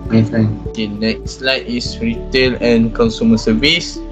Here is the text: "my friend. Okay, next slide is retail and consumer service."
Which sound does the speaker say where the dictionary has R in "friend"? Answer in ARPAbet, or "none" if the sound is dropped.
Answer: none